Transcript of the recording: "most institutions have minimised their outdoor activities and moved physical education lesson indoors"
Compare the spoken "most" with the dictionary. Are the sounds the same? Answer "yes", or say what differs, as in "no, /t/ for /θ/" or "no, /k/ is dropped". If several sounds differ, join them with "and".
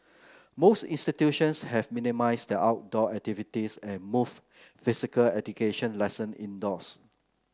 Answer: yes